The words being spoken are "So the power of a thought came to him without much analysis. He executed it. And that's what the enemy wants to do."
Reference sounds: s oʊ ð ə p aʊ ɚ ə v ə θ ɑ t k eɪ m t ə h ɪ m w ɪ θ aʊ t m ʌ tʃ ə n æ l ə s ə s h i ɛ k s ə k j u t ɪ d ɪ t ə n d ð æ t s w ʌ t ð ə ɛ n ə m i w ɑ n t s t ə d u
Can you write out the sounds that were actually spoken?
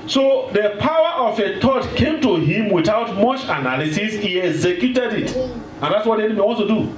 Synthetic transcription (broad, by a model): s oʊ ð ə p aʊ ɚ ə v ə t ɑ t k eɪ m t ə h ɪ m w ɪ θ aʊ t m ʌ tʃ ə n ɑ l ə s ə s h i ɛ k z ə k j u t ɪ d ɪ t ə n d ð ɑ t s w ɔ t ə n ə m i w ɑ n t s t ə d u